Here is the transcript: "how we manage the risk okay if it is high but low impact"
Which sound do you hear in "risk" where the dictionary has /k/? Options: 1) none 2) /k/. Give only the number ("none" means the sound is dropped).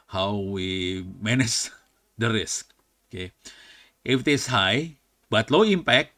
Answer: 2